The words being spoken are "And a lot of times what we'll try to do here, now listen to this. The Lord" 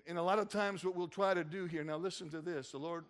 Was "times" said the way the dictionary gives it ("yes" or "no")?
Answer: yes